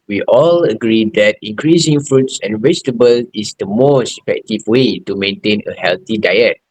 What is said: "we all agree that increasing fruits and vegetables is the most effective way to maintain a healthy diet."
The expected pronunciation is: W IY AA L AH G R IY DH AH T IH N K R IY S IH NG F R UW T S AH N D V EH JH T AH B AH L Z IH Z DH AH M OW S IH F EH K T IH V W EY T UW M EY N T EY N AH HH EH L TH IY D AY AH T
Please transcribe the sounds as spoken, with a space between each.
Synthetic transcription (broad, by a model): W IY AA L AH G R IY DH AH T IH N K R IY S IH NG F R UW T S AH N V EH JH T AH B AH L IH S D AH M OW S IH F EH K T IH V W EY T UW M EY N T EY N AH HH EH L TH IY D AY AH T